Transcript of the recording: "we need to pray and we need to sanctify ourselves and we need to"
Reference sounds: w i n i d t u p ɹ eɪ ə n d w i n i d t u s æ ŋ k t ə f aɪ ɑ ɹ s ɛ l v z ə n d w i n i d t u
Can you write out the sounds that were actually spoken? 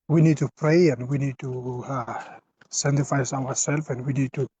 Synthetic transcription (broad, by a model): w i n i d t u p ɹ eɪ ə n d w i n i d t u s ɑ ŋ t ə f aɪ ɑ w s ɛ l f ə n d w i n i d t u